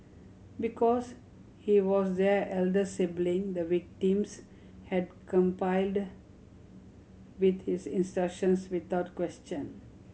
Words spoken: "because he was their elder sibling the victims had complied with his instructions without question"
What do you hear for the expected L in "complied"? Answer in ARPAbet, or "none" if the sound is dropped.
none